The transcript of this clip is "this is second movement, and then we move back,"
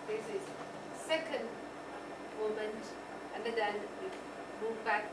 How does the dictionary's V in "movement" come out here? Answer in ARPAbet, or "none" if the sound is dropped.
none